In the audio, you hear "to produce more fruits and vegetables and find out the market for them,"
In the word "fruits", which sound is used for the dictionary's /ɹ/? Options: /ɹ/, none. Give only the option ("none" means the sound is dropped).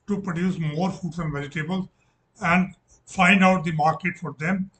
none